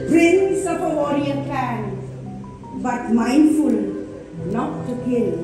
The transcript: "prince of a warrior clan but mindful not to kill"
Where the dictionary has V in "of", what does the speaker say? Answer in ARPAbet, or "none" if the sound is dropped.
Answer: P